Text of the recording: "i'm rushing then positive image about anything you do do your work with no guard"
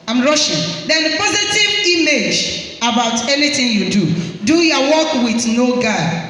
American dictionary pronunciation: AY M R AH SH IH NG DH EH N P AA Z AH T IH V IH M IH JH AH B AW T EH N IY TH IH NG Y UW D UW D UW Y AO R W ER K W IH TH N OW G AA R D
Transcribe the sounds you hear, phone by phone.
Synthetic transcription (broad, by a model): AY M R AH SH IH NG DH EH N P AA Z AH T IH V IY M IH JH AH B AW T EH N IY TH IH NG Y UW D UW D UW Y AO W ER K W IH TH N OW G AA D